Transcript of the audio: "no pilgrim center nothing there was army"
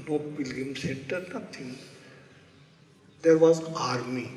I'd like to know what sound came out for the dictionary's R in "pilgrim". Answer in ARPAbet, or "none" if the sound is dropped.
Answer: none